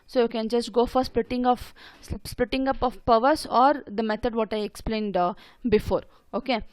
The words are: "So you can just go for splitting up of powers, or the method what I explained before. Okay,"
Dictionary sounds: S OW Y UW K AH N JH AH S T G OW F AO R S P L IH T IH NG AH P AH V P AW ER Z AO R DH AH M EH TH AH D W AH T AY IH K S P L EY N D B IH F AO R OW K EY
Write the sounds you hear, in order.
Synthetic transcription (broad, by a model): S OW Y UW K AH N JH AH S T G OW F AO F S P L IH T IH NG AH P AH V P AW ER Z AO R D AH M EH T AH D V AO T AY IH K S P L EY N D B IH F AO R OW K EY